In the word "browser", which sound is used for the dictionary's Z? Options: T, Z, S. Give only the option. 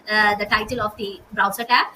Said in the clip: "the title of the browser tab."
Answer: S